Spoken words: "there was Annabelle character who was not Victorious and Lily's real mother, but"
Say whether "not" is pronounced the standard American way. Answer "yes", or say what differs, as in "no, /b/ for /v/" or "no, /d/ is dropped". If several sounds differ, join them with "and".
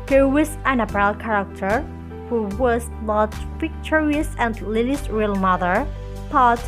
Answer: no, /l/ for /n/